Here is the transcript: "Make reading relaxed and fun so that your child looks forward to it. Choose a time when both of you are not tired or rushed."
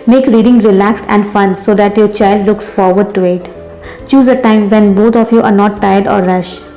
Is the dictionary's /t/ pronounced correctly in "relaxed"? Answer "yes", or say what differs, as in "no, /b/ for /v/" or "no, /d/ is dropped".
yes